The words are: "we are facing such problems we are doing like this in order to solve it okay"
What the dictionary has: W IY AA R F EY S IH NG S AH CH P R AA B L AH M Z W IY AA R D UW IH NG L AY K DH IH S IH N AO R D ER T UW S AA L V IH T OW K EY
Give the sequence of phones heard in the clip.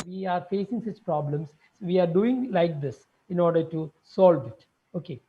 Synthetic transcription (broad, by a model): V IY AA R F EY S IH NG S AH CH P R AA B L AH M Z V IY AA R D UW IH NG L AY K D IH S IH N AO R D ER T UW S AA L V IH T OW K EY